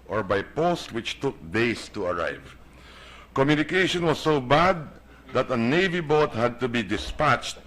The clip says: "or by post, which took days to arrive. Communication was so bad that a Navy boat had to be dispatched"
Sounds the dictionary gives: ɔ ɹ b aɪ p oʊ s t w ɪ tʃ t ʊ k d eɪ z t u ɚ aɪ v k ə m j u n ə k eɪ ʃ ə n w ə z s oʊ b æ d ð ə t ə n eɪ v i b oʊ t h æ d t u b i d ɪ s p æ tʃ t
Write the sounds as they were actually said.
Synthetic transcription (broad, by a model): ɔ ɹ b aɪ p oʊ s t w ɪ tʃ t ʊ k d eɪ s t u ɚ aɪ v k ə m j u n ə k eɪ ʃ ə n w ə s oʊ b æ d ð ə t ə n eɪ v i b oʊ t h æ d t u b i d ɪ s p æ tʃ t